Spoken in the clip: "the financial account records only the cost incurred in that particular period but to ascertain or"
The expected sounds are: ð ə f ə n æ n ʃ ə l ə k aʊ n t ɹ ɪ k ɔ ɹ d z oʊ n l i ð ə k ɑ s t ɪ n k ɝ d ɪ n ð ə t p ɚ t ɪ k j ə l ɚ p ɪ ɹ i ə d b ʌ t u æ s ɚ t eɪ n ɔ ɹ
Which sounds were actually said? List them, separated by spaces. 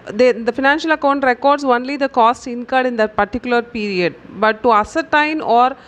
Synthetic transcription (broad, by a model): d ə f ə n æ n ʃ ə l ə k aʊ n t ɹ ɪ k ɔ ɹ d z oʊ n l i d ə k ɑ s t ɪ n k ɝ d ɪ n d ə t p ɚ t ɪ k j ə l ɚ p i ɹ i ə d b ʌ t u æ s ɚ t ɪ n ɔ ɹ